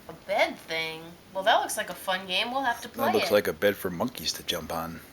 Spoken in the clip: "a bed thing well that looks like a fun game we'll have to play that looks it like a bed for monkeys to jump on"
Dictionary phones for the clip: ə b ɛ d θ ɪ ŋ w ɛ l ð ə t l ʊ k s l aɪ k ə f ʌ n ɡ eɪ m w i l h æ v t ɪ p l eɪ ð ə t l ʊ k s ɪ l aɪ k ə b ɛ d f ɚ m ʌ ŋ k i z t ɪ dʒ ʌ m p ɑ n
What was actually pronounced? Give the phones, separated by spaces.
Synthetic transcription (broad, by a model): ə b ɛ d θ ɪ ŋ w ɛ l ð ə t l ʊ k s l aɪ k ə f ʌ n ɡ eɪ m w i l h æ f t ɪ p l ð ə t l ʊ k s l aɪ k ə b ɛ d f ɚ m ʌ ŋ k i z t ɪ dʒ ʌ m p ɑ n